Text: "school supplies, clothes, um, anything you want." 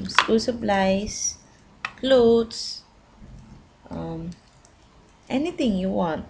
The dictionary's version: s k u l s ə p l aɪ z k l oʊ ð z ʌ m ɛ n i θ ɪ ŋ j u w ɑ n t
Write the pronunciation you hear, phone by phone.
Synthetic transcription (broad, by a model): s k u l s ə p l aɪ s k l oʊ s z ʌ m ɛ n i t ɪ ŋ j u w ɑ n t